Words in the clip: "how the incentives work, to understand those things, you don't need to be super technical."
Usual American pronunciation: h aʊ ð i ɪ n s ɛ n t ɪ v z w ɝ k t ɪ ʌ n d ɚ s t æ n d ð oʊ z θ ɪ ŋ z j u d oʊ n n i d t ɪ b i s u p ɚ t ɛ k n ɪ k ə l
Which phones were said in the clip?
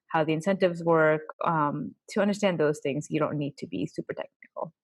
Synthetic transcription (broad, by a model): h aʊ ð i ɪ n s ɛ n t ɪ v z w ɝ k t ɪ ʌ n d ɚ s t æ n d ð oʊ z θ ɪ ŋ z j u d oʊ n n i d t ɪ b i s u p ɚ t ɛ k n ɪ k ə l